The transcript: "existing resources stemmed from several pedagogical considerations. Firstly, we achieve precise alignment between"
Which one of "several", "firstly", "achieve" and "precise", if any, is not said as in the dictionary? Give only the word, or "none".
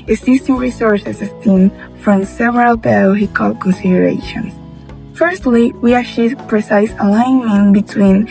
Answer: achieve